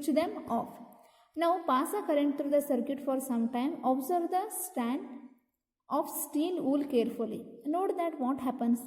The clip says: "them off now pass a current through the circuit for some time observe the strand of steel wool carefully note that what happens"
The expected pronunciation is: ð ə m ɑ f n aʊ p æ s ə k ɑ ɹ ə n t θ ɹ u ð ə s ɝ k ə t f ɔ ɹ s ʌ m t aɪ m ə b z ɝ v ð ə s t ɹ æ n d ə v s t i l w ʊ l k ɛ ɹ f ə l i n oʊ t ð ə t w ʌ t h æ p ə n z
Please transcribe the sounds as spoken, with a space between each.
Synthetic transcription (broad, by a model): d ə m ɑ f n aʊ p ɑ s ə k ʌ ɹ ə n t t ɹ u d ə s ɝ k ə t f ɔ ɹ s ʌ m t aɪ m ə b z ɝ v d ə s t æ n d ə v s t i l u l k ɛ ɹ f ə l i n oʊ t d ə t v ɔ t h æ p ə n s